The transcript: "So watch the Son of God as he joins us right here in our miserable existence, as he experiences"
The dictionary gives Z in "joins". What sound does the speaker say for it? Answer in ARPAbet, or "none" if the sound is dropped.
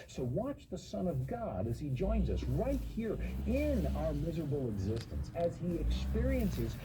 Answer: Z